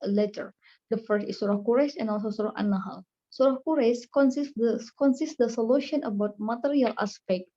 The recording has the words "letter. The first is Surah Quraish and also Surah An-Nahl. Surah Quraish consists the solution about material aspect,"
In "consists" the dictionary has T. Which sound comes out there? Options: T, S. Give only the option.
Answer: S